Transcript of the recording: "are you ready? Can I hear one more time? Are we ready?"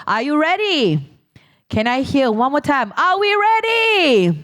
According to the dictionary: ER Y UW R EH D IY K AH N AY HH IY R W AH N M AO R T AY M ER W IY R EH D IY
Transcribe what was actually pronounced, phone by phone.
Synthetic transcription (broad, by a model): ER Y UW R EH D IY K AH N AY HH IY L W AH N M AO R T AY M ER W IY R EH D IY